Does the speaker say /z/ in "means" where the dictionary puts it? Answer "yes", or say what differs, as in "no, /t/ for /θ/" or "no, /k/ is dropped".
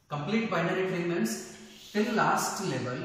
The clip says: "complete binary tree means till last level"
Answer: no, /s/ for /z/